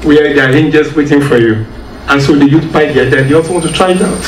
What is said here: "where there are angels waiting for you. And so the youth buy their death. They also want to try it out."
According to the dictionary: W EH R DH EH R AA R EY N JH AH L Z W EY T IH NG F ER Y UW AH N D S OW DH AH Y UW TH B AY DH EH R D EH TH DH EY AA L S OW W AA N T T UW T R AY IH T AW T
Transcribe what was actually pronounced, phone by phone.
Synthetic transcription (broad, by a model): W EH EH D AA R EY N JH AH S W EY T IH NG F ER Y UW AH N S OW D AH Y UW T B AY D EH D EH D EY AA L S OW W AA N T T UW T R AY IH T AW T